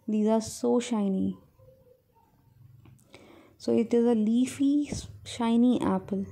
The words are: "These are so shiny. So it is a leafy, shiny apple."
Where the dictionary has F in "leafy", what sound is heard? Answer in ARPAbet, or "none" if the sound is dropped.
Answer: F